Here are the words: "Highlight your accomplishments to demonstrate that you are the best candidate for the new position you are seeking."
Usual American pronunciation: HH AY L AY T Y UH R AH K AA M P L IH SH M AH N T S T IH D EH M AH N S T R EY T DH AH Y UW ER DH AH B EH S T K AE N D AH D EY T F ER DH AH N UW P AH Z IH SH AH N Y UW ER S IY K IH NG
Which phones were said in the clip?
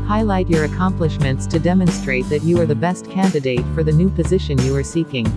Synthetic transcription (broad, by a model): HH AY L AY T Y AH R AH K AA M P L IH SH M AH N T S T IH D EH M AH N S T R EY T DH AH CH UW ER DH AH B EH S T K AE N D AH D EY T F ER DH AH N UW P AH Z IH SH AH N Y UW ER S IY K IH NG